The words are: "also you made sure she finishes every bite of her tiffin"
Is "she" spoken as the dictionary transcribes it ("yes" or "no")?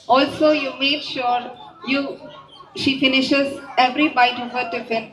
yes